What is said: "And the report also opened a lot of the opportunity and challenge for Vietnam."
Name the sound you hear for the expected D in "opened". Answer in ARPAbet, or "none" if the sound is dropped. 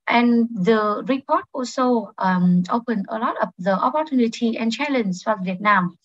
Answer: none